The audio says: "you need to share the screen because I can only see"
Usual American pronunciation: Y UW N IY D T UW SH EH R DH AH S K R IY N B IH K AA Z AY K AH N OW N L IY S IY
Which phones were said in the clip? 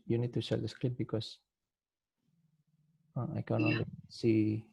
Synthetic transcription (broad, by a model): Y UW N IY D T UW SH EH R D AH S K L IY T B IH K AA S AY K AH N OW N L IY S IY